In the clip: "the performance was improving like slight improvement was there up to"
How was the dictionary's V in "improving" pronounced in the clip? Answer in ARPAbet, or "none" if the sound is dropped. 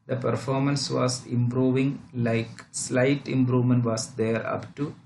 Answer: V